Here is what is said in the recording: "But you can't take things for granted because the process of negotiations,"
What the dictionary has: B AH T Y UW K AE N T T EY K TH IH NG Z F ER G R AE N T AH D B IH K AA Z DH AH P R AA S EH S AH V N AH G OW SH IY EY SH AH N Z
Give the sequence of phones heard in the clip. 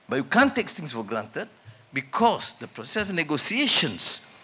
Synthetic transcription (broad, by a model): B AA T Y UW K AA N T T EY K S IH NG S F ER G R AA N T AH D B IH K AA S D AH P R AA S EH S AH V N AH G OW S IY EY SH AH N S